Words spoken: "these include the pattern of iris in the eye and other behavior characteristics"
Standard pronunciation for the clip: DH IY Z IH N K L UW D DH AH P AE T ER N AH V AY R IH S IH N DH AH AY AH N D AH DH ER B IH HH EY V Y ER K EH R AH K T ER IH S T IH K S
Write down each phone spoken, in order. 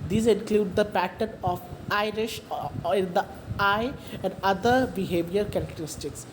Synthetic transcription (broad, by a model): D IY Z IH N K L UW D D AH P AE T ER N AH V AY R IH SH IH N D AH AY AH N D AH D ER B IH HH EY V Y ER K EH R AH K T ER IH S T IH K S